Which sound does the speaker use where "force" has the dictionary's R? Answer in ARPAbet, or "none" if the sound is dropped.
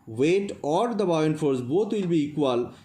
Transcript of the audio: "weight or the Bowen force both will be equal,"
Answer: R